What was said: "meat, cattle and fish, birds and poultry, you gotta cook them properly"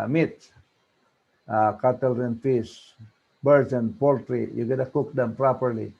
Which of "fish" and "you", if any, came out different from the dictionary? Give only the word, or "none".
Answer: fish